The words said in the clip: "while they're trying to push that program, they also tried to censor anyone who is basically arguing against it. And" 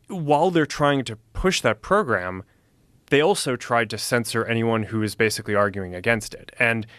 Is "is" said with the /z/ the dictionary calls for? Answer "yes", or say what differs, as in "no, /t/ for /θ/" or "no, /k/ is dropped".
yes